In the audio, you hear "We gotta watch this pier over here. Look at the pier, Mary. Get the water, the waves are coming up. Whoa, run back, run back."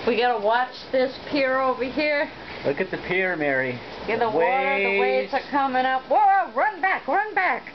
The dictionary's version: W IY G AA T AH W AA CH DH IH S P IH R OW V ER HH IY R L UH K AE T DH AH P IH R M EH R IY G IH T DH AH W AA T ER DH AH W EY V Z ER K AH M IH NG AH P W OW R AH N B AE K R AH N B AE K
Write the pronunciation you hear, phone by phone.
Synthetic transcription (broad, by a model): W IY G AA T AH W AA CH DH IH S P IH R OW V ER HH IY R L UH K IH T DH AH P IH R M EH R IY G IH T DH AH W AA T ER DH AH W EY Z ER K AH M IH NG AH P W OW R AH N B AE K R AH N B AE K